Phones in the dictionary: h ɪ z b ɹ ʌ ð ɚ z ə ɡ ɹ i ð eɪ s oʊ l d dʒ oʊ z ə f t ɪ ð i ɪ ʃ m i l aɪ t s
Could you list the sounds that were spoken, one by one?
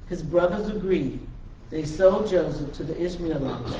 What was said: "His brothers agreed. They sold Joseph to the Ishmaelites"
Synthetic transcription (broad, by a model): h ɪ z b ɹ ʌ ð ɚ z ə ɡ ɹ i ð eɪ s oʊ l dʒ oʊ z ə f t ɪ ð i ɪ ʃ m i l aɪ